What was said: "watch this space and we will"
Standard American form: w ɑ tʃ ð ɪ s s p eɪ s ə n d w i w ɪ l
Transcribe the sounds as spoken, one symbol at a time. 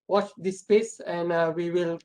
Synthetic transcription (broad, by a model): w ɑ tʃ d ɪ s s p eɪ s ə n d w i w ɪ l